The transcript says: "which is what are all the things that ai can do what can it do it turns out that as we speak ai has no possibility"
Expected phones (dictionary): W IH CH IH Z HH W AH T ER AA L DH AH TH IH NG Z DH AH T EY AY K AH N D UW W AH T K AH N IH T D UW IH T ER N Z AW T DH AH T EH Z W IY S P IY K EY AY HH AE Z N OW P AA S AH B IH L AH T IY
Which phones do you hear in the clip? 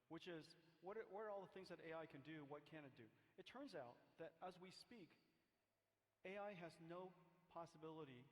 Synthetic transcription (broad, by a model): W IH CH IH Z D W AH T ER AA L DH AH TH IH NG Z DH AH T EY AY K AH N D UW W AH T K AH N IH T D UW IH T ER N Z AW T DH AH T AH Z W IY S P IY K EY AY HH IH Z N OW P AA S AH B IH L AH T IY